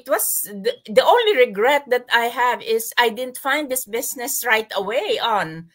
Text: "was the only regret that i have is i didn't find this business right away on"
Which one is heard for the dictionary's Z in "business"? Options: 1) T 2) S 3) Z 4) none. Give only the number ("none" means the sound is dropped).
2